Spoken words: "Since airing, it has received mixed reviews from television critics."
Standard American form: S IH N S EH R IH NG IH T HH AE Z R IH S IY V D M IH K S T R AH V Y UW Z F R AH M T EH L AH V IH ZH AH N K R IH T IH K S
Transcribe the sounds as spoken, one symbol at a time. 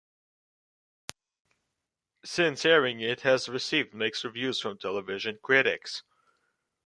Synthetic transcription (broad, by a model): S IH N S EH R IH NG IH T HH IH Z R IH S IY V D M IH K S R AH V Y UW Z F R AH M T EH L AH V IH ZH AH N K R IH T IH K S